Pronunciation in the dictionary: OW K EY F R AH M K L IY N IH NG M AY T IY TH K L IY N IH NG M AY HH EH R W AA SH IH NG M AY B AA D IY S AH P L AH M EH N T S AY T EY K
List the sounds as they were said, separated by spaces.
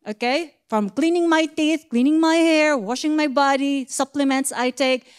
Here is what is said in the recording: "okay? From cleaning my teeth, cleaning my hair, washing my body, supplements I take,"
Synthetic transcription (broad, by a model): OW K EY F R AH M K L IY N IH NG M AY T IY TH K L IY N IH NG M AY HH EH R W AA SH IH NG M AY B AA D IY S AH P L AH M EH N T S AY T EY K